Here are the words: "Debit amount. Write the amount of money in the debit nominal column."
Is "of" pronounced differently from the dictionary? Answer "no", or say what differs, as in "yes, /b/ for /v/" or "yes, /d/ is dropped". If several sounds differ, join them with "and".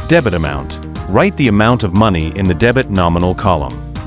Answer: no